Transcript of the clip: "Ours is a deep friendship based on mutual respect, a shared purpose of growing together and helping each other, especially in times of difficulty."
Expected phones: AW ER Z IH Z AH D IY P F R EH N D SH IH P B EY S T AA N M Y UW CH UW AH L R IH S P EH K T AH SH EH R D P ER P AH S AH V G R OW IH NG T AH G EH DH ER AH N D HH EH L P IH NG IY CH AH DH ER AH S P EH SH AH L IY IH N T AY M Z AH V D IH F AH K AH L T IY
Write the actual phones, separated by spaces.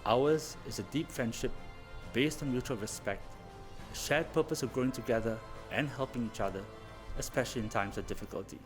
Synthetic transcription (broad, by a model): AW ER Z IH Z AH D IY P F R EH N D SH IH P B EY S T AA N M Y UW CH UW AH L R IH S P EH K T AH SH EH D P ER P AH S AH V G R OW IH NG T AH G EH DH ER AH N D HH EH L P IH NG IY CH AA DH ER AH S P EH SH AH L IY IH N T AY M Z AH V D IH F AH K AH L T IY